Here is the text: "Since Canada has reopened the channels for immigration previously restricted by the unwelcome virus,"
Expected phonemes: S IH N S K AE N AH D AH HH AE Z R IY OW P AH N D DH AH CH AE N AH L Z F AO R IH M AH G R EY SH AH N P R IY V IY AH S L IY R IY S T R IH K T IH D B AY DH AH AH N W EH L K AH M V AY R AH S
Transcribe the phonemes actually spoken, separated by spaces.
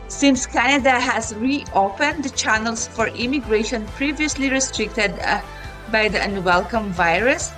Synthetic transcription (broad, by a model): S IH N S K AE N AH D AH HH AE Z R IY OW P AH N D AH CH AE N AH L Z F AO R IH M AH G R EY SH AH N P R IY V IY AH S L IY R IY S T R IH K T IH D B AY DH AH AH N W EH L K AH M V AY R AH S